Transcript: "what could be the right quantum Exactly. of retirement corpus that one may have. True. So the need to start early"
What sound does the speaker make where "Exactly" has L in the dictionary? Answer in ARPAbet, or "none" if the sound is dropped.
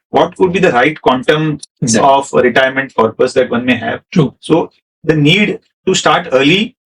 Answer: none